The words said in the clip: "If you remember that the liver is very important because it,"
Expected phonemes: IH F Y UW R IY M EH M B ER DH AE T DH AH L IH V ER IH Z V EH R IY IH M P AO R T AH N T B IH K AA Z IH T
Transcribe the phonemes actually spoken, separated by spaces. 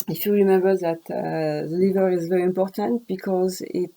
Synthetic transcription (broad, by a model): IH F Y UW R IY M EH M B ER DH AE T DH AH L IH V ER IH Z V EH R IY IH M P AO R T AH N T B IH K AA Z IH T